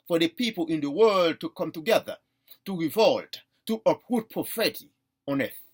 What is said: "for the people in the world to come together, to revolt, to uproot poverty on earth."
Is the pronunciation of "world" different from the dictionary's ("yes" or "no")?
no